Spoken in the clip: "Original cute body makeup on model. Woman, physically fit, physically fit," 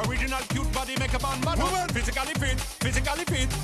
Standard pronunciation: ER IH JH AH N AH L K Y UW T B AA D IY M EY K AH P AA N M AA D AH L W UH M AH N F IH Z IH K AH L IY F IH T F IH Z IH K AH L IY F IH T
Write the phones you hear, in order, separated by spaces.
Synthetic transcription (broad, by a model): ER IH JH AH N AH L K Y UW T B AA D IY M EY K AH B AA N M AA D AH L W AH F IH Z IH K AH L IY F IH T F IH Z IH K AH L IY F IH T